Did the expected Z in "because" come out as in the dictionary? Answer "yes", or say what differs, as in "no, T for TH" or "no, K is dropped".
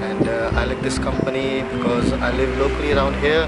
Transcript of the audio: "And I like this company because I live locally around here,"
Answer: yes